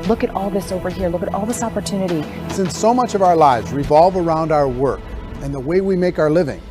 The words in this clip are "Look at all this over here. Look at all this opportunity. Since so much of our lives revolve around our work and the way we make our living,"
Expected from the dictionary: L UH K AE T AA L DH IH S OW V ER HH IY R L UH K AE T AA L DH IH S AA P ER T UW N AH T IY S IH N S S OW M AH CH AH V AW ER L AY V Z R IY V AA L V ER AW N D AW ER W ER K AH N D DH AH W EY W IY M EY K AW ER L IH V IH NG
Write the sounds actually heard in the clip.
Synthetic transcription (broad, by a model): L UH K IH T AA L DH IH S OW V ER HH IY R L UH K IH T AA L DH IH S AA P ER T UW N AH T IY S IH N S S OW M AH CH AH V AW ER L AY V Z R IY V AA L V ER AW N D AW ER W ER K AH N DH AH W EY W IY M EY K AW ER L IH V IH NG